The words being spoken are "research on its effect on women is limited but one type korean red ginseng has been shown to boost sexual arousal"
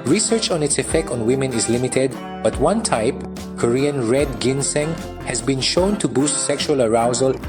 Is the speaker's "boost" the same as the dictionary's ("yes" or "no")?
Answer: yes